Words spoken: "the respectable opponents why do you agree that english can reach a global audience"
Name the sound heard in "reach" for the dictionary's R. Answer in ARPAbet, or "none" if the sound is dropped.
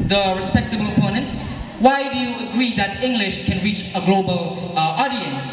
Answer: R